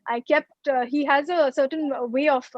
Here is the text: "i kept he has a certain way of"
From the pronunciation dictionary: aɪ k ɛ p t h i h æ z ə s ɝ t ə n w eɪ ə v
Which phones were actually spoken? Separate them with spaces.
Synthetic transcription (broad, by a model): aɪ k ɛ p t h i h æ z ə s ɝ t ə n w eɪ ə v